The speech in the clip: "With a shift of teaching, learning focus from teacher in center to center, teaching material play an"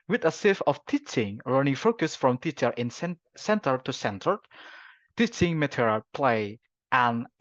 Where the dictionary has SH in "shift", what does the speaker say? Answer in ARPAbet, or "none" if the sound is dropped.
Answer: S